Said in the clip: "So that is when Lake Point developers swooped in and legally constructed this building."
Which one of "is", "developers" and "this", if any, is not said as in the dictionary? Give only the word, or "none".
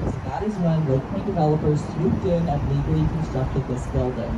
none